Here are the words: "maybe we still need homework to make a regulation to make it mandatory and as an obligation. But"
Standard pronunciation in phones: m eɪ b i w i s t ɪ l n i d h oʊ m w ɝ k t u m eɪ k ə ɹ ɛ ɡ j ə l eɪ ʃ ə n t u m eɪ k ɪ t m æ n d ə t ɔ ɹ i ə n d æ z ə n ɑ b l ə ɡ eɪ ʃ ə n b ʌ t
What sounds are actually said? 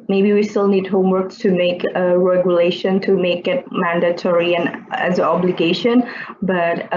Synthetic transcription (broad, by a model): m eɪ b i w i s t ɪ l n i d h oʊ m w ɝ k t u m eɪ k ə ɹ ɛ ɡ j ə l eɪ ʃ ə n t u m eɪ k ɪ t m æ n d ə t ɔ ɹ i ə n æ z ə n ɑ b l ə ɡ eɪ ʃ ə n b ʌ t